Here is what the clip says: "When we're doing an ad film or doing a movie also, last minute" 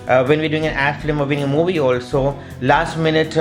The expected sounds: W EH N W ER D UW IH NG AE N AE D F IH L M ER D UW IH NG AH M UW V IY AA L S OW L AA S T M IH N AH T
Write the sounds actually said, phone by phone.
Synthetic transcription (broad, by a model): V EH N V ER D UW IH NG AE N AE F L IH M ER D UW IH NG AH M UW V IY AA L S OW L AA S T M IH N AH T